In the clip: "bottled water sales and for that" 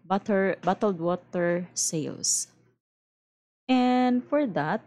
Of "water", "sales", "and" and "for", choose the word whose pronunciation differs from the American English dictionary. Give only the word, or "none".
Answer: sales